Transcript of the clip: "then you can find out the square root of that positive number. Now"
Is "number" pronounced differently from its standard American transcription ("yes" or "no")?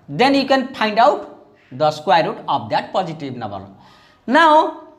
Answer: yes